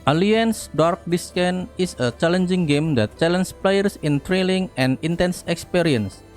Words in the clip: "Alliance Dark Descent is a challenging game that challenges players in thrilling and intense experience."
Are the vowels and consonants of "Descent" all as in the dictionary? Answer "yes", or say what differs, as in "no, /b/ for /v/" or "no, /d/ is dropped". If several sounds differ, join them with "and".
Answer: no, /t/ is dropped